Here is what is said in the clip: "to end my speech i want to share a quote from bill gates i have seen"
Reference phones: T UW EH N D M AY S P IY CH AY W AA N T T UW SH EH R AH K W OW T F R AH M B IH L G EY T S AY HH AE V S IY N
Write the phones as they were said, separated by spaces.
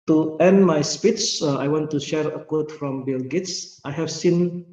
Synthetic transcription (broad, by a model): T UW EH N D M AY S P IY S AY W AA N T T UW SH EH R AH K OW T F R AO M B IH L G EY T S AY HH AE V S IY N